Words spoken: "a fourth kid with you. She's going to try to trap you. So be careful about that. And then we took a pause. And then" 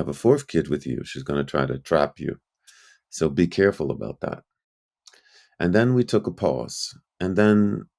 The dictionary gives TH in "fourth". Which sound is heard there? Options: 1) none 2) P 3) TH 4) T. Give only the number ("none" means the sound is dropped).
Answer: 3